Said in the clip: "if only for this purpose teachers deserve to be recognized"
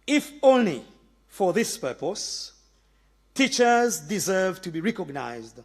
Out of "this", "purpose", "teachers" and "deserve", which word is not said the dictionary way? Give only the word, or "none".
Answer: none